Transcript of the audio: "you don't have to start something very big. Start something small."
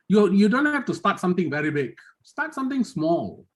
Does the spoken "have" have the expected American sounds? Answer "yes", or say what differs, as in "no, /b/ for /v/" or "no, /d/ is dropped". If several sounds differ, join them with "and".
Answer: no, /f/ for /v/